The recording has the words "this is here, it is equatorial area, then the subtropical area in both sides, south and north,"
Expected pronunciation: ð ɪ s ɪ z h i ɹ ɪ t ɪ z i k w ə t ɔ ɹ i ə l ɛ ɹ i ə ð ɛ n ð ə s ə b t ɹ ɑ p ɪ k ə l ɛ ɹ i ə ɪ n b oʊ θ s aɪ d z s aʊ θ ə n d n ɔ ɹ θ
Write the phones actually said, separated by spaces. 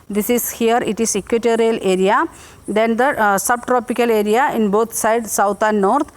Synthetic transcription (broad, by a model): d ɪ s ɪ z h i ɹ ɪ t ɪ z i k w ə t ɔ ɹ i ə l ɛ ɹ i ə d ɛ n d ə s ə b t ɹ ɑ p ɪ k ə l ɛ ɹ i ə ɪ n b oʊ t s aɪ d s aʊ t ə n d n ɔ ɹ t